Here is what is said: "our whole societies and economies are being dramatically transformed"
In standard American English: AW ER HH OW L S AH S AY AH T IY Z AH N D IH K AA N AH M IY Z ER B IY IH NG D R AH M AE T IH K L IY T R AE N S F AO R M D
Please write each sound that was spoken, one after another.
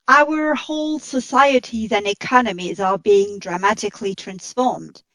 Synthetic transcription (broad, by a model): AW ER HH OW L S AH S AY AH T IY Z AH N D IH K AA N AH M IY Z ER B IY IH NG D R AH M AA T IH K L IY T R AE N S F AO R M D